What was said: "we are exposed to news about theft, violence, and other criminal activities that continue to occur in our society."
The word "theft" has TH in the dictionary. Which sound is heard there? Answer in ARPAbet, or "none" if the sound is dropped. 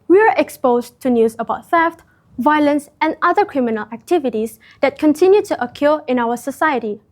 F